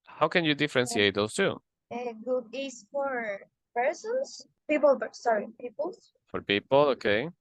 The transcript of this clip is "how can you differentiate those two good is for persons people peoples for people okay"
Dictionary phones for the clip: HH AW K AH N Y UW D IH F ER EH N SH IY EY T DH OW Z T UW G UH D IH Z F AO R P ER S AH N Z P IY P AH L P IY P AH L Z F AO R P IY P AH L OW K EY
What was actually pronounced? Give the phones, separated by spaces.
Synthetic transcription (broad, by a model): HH AW K AH N Y UW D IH F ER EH N S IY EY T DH OW S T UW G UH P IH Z F AO R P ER S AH N S P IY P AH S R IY P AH L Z F AO R P IY P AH L OW K EY